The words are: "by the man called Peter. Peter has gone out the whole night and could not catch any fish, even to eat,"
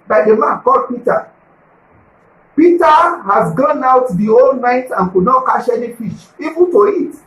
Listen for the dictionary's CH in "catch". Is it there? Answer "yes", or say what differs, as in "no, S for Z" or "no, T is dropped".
no, SH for CH